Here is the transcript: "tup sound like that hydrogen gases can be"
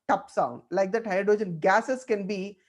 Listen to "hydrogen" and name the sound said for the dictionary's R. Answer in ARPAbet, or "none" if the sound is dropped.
none